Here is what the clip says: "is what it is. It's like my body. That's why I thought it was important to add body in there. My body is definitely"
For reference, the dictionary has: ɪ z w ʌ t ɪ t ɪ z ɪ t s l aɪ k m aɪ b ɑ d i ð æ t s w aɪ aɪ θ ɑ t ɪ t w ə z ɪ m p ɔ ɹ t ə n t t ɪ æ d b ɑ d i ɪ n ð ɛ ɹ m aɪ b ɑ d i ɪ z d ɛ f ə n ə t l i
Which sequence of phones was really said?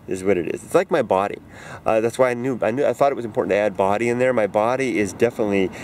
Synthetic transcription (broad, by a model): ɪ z w ʌ t ɪ t ɪ z ɪ t s l aɪ k m aɪ b ɑ d i ð æ t s w aɪ aɪ θ ɑ t ɪ t w ə z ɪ m p ɔ ɹ t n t t ɪ æ d b ɑ d i ɪ n ð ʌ ɹ m aɪ b ɑ d i ɪ z d ɛ f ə n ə t l i